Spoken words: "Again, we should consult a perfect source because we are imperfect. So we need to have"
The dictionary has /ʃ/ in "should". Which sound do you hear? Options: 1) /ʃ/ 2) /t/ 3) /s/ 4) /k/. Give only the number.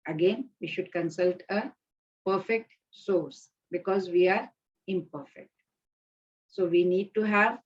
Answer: 1